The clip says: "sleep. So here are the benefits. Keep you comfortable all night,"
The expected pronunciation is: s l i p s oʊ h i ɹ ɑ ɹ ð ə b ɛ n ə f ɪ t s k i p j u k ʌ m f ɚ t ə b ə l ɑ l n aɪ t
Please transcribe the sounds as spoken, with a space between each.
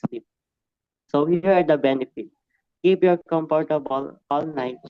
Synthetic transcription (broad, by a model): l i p s oʊ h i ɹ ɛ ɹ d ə b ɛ n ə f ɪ t k i p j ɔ k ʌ m p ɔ t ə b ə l ɑ l n aɪ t